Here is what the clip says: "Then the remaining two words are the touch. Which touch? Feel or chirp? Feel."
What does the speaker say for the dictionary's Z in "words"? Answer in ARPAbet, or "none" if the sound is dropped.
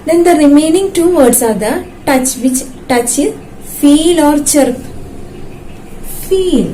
S